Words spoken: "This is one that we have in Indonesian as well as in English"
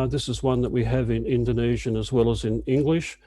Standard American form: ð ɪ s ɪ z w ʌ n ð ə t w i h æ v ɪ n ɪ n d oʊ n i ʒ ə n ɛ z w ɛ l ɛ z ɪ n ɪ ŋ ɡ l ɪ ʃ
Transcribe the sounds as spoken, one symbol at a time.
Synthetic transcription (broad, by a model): ð ɪ s ɪ z w ʌ n ð ə t w i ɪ v ɪ n ɪ n d oʊ n i ʒ ə n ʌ z w ɛ l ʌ z ɪ n ɪ ŋ ɡ l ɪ ʃ